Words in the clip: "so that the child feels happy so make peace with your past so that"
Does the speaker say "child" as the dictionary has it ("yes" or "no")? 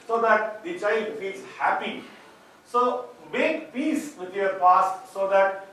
no